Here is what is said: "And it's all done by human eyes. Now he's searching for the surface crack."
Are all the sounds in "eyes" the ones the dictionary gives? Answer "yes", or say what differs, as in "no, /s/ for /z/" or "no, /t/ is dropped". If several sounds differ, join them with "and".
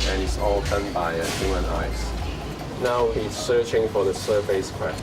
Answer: no, /s/ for /z/